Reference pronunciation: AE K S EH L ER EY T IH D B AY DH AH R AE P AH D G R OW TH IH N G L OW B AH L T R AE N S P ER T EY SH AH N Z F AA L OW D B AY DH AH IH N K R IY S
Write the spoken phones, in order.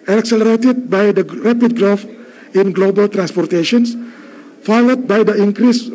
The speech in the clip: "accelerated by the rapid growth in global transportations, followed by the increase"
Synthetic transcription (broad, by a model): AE K S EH L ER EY T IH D B AY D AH R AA P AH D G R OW F IH N G L OW B AH L T R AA N S P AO T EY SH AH N S F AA L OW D B AY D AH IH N K R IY S